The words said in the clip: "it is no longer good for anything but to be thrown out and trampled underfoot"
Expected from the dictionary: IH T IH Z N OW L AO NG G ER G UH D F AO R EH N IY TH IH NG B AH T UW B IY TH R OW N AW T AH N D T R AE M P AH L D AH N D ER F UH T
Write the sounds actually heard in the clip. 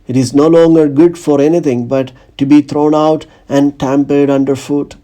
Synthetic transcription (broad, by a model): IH T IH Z N OW L AO NG G ER G UH D F AO R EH N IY T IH NG B AH T UW B IY T R OW N AW T AH N D T AE M P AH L D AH N D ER F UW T